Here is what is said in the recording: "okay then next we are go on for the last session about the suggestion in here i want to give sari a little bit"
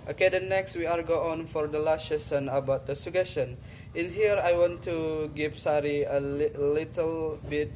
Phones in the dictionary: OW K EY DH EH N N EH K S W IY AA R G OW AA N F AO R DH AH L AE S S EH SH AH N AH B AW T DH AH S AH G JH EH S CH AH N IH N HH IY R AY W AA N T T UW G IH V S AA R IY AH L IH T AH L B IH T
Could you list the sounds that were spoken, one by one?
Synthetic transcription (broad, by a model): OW K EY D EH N N EH K S W IY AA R G OW AA N F AO R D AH L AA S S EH S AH N AH B AW T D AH S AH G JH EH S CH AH N IH N HH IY R AY W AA N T T UW G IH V S AA R IY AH L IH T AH L B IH T